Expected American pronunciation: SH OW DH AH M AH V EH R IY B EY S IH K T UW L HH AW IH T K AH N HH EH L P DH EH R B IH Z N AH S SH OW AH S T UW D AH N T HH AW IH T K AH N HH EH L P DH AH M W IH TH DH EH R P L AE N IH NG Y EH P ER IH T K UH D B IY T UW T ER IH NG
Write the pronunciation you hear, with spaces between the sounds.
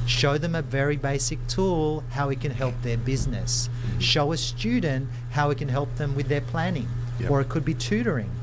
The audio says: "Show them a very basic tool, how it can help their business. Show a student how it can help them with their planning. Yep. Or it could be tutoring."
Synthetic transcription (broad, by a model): SH OW DH AH M AH V EH R IY B EY S IH K T UW L HH AW IH T K AH N HH EH L P DH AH R B IH Z N AH S SH OW AH S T UW D N T HH AW IH T K AH N HH EH L P DH AH M W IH DH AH R P L AE N IH NG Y ER IH T K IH D B IY T UW T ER IH NG